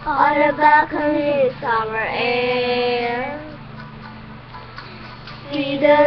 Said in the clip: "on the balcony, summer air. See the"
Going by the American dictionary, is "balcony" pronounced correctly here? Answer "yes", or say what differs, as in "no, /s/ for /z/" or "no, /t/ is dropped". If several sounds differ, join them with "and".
no, /l/ is dropped